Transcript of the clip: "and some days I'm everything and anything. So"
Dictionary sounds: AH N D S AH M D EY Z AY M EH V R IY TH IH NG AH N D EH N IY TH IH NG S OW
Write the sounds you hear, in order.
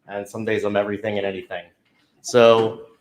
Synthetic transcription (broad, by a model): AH N S AH M D EY Z AY M EH V R IY TH IH NG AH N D EH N IY TH IH NG S OW